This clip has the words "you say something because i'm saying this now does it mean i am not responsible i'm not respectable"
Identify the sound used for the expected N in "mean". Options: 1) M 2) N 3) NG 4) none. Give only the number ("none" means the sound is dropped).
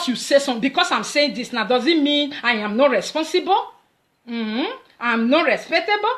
2